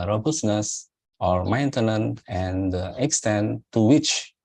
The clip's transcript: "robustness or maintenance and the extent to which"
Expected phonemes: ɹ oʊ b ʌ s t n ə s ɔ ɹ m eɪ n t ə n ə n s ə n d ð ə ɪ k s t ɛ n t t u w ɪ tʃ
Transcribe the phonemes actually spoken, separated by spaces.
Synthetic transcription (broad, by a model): ɹ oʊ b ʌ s n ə s ɔ ɹ m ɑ n t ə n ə n ə n d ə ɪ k s t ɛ n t t u w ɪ tʃ